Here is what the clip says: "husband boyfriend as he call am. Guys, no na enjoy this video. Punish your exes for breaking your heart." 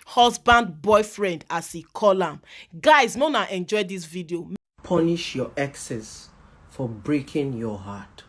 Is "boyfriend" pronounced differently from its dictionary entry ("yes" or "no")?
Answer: no